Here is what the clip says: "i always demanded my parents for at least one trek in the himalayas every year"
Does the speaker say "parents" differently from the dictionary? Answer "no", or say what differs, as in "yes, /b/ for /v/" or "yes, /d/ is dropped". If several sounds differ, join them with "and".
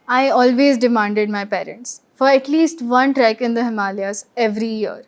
no